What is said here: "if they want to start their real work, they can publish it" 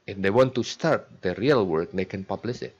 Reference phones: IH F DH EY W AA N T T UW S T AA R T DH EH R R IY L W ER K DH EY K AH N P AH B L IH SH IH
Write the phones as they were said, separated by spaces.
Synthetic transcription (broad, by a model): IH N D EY W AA N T T UW S T AA R T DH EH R R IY L W ER K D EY K AH N P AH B L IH S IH